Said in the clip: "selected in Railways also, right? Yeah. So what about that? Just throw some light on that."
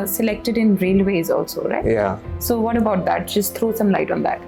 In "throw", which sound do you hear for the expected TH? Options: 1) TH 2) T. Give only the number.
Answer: 2